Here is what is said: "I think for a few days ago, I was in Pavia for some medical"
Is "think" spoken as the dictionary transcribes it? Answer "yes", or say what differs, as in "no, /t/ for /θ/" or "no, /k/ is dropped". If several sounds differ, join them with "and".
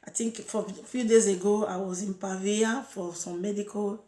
no, /t/ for /θ/